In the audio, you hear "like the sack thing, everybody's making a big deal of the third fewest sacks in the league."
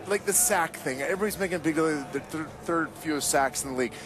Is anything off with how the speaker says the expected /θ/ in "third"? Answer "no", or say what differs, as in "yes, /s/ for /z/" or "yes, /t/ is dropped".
no